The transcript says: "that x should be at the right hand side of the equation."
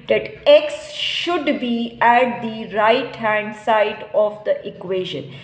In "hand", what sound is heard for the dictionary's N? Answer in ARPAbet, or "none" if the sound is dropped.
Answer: N